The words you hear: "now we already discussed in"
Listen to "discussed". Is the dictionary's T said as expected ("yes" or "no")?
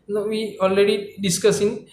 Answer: no